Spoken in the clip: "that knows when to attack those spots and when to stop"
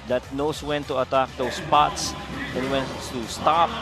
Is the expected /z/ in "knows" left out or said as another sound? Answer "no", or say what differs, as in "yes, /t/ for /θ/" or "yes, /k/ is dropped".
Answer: yes, /s/ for /z/